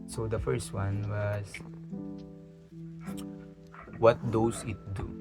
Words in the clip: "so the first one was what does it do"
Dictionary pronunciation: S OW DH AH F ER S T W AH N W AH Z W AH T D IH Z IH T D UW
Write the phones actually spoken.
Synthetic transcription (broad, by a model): S OW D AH F ER S T W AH N W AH S W AH T D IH S IH T D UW